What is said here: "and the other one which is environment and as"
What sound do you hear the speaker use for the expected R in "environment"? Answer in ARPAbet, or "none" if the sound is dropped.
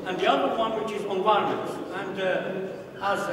none